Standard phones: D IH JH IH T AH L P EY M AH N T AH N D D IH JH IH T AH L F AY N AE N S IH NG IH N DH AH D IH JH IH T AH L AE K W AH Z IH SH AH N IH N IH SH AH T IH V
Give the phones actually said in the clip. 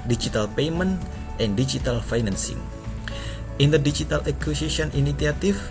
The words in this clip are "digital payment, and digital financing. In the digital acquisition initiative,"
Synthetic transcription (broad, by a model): D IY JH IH T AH L P EY M AH N T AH N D D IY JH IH T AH L F AY N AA N S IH NG IH N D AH D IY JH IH T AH L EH K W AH S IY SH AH N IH N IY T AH T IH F